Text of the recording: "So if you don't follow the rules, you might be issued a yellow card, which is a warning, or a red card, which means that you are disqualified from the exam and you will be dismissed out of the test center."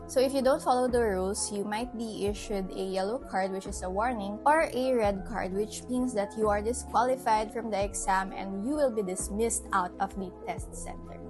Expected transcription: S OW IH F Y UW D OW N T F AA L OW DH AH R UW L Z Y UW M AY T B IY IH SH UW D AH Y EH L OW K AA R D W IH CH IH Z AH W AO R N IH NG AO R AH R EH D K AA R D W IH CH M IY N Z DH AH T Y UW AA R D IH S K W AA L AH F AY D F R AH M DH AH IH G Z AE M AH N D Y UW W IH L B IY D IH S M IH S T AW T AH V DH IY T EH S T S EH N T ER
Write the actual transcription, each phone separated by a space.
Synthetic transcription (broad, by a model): S OW IH F Y UW D OW N T F AA L OW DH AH R UW L S Y UW M AY T B IY IH SH UW D AH Y EH L OW K AA R D W IH CH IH S AH W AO R N IH NG AO R AH R EH D K AA R D W IH CH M IY N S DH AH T Y UW AA R D IH S K W AA L AH F AY D F R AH M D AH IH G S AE M AH N D Y UW W IH L B IY D IH S M IH S T AW T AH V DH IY T EH S T S EH N T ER